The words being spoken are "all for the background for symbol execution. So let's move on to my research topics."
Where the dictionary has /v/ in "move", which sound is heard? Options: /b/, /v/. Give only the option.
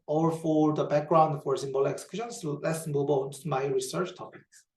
/b/